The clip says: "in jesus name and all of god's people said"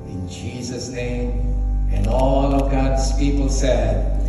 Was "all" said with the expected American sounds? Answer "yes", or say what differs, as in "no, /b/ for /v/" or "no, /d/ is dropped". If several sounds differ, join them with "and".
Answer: yes